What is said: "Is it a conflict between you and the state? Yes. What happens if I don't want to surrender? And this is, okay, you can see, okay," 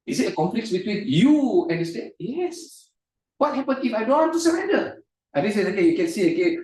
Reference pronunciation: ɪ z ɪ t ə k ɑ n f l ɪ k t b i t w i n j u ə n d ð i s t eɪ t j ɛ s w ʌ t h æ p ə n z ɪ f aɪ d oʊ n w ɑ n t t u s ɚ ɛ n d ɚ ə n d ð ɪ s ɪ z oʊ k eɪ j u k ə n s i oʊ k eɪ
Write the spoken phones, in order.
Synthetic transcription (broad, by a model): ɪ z ɪ t ə k ɑ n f l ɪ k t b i t w i n j u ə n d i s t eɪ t j ɛ s w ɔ t h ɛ p ə n ɪ f aɪ d oʊ n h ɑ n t t u s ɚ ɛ n d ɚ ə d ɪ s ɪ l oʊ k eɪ j u k ə n s i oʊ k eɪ